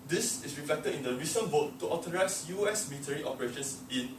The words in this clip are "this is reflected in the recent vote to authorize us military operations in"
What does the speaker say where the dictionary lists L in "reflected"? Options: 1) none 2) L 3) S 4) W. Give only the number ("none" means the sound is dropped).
2